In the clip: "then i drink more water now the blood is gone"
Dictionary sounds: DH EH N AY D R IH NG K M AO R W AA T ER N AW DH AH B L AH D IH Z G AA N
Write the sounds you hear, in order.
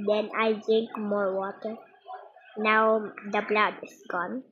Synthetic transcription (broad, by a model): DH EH N AY D R IH NG K M AO R W AA T ER N AW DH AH B L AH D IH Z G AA N